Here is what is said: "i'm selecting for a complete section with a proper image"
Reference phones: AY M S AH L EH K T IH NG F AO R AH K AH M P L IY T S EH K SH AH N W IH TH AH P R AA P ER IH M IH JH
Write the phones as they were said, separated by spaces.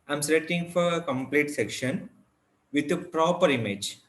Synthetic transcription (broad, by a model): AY M S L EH T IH NG F AO R AH K AH M P L IY T S EH K SH AH N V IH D AH P R AA P ER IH M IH JH